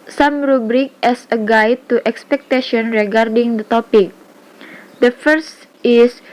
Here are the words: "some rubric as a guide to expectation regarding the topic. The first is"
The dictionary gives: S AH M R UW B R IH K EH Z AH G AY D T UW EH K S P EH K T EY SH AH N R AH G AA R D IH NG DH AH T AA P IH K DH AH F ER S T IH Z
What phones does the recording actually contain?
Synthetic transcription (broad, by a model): S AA M R UW B R IH K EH S AH G AY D T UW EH K S P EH K T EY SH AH N R AH G AA R D IH NG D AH T AA P IH K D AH F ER S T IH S